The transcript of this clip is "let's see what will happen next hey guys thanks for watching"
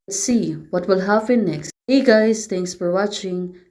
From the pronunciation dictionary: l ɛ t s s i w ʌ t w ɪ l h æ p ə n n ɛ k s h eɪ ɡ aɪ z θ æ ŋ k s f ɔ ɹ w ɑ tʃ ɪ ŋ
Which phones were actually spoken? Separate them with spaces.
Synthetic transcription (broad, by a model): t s s i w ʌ t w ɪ l h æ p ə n n ɛ k s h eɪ ɡ aɪ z t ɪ ŋ k s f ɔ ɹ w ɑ tʃ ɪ ŋ